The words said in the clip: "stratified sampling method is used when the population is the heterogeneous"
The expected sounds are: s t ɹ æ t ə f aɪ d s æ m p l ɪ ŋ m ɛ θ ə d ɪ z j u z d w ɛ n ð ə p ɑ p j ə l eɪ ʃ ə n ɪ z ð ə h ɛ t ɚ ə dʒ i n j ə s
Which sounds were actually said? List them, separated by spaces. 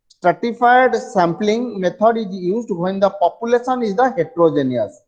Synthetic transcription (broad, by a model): s t ɹ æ t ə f aɪ d s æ m p l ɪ ŋ m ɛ t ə d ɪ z j u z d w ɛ n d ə p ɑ p j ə l eɪ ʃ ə n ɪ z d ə h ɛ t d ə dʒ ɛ n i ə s